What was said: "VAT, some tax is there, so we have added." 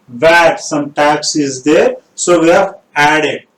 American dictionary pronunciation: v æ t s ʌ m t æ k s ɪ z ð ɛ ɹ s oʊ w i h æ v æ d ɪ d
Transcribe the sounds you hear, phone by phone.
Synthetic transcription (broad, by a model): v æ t s ʌ m t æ k s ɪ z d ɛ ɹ s oʊ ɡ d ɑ f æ d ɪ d